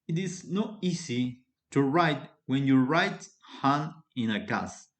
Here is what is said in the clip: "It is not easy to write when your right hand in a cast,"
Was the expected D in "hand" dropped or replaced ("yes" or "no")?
yes